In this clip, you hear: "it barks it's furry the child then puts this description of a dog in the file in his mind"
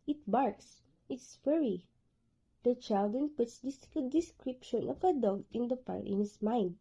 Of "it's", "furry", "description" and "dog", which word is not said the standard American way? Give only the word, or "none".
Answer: none